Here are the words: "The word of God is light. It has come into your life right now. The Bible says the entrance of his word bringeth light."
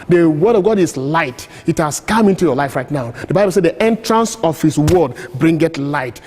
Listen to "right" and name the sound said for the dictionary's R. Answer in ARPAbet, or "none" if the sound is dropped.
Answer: R